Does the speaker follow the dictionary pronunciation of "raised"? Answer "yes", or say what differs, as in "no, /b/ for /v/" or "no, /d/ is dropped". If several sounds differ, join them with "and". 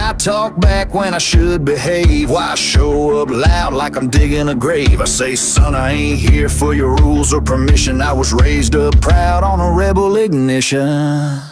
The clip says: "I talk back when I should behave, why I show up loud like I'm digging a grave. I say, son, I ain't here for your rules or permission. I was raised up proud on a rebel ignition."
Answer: yes